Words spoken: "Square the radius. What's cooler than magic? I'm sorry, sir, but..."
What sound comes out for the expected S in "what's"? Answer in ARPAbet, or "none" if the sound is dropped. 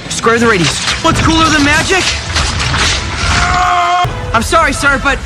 S